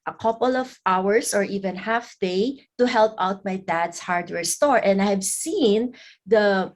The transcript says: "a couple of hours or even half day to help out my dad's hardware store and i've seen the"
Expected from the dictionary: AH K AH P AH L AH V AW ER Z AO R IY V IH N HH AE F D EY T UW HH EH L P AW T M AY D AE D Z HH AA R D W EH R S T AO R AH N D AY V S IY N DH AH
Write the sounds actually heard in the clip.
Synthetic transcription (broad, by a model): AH K AH P AH L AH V AW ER S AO R IY V IH N HH AE F D EY T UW HH EH L P AW T M AY D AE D S HH AA R D W EH R S T AO R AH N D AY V S IY N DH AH